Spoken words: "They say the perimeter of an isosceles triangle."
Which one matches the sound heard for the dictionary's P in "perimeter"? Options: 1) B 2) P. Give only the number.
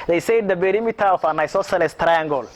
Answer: 1